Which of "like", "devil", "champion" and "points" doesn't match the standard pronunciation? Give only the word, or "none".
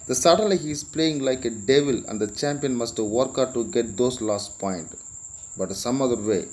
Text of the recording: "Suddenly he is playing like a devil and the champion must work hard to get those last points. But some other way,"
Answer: points